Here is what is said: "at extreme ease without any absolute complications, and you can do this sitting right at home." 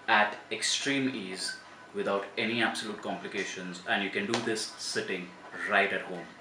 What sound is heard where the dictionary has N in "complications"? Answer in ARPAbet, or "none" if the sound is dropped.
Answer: N